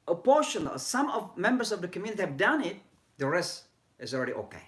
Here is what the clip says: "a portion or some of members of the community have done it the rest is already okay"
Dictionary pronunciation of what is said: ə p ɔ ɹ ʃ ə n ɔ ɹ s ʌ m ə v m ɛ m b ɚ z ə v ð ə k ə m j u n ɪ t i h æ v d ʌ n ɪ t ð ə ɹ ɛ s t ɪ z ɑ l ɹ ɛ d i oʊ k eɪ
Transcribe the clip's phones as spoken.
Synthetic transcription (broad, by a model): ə p ɔ ɹ ʃ ə n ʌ l s ʌ m ə v m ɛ m b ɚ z ə v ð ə k ə m j u n ɪ t i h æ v d ʌ n ɪ t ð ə ɹ ɛ s t ɪ z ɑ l ɹ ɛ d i oʊ k eɪ